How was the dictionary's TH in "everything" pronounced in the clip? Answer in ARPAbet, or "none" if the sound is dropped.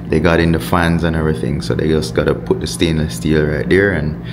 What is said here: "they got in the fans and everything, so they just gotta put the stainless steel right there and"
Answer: TH